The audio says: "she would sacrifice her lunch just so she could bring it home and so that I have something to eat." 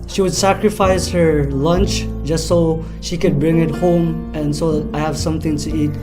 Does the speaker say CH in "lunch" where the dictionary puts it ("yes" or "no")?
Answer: yes